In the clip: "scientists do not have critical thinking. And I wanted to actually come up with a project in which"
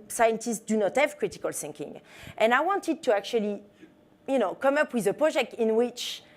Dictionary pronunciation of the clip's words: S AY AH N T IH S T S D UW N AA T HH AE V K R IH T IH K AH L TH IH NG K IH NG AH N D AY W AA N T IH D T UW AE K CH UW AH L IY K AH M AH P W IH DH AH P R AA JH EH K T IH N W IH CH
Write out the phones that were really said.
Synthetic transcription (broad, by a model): S AY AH N T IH S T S D UW N AA T HH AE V K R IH T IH K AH L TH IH NG K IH NG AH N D AY W AA N T IH D T UW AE K CH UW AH N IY K AH M AH P W IH DH AH P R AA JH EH K T IH N W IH CH